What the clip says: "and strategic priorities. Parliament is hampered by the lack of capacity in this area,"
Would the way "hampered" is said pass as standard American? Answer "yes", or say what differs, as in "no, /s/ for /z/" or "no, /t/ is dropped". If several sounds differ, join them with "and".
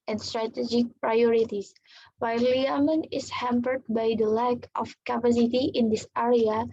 yes